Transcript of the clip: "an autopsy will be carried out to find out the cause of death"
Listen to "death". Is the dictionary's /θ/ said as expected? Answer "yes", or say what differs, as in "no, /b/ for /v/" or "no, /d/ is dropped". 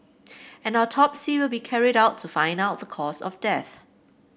yes